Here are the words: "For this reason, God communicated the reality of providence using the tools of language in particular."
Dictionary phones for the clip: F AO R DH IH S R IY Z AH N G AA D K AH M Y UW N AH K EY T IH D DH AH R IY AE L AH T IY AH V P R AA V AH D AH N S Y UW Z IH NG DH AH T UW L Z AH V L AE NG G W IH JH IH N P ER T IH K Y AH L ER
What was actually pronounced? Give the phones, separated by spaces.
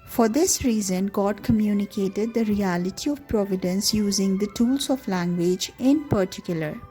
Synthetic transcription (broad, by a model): F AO R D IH S R IY Z AH N G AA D K AH M Y UW N AH K EY T IH D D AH R IY AE L AH T IY AH V P R AA V AH D AH N S Y UW Z IH NG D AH T UW L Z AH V L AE NG G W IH JH IH N P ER T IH K Y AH L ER